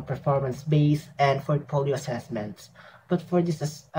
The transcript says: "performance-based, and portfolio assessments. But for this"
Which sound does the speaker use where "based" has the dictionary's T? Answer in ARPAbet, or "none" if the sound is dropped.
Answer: none